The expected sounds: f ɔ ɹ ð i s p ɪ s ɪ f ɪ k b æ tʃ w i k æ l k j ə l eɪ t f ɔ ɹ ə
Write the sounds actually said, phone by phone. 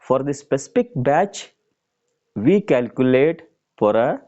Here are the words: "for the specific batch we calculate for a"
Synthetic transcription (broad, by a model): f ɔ ɹ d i s p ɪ s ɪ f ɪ k b æ tʃ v i k æ l k j ə l eɪ t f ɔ ɹ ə